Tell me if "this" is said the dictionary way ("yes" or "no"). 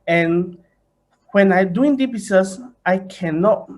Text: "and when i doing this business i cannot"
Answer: no